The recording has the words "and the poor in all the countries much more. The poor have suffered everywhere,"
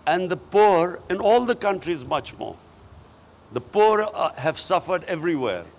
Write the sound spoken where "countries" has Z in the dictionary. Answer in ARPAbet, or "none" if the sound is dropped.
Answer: Z